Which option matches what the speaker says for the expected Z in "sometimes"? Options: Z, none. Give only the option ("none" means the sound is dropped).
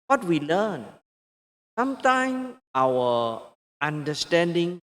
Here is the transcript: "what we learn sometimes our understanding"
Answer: none